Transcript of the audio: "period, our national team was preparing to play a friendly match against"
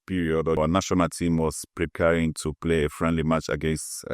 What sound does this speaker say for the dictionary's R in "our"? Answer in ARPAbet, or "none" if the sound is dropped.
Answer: W